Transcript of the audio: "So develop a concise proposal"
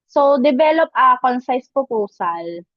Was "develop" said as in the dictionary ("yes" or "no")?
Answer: no